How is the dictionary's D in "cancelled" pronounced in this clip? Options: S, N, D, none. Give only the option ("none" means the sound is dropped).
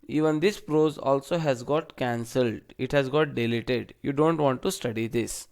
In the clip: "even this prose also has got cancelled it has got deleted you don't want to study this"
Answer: D